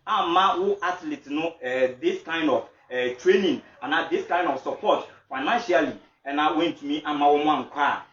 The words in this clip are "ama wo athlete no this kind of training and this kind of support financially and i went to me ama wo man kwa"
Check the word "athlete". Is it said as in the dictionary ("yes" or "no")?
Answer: no